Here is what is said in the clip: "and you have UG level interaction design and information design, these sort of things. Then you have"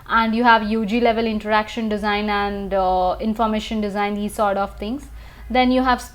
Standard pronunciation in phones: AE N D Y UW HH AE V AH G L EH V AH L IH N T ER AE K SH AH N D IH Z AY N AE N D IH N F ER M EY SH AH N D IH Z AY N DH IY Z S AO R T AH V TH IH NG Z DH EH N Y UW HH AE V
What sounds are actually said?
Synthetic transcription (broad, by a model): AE N D Y UW HH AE V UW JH L EH V AH L IH N T ER AE K SH AH N D IH Z AY N AE N D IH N F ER M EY SH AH N D IH Z AY N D IY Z S AO R T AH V T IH NG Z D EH N Y UW HH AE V